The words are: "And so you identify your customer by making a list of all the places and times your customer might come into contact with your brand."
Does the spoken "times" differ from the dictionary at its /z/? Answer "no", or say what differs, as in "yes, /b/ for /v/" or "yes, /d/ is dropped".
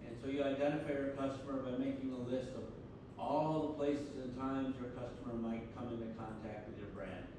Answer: no